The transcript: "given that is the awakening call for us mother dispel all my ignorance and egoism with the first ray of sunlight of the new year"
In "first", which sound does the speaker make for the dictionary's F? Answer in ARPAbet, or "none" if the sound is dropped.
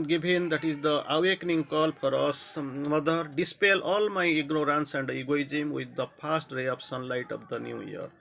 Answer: P